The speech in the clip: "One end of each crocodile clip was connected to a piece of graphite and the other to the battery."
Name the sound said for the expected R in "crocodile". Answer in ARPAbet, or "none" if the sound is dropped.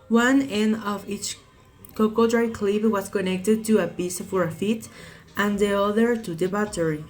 none